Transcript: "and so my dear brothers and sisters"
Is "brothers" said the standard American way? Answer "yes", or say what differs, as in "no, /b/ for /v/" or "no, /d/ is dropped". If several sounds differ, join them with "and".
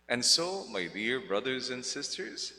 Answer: yes